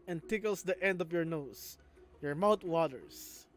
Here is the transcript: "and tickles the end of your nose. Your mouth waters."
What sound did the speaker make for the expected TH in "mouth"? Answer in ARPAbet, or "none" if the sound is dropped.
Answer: T